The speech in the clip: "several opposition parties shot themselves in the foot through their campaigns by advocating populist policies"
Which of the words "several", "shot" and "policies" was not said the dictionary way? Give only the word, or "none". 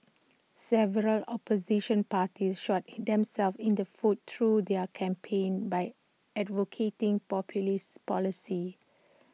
policies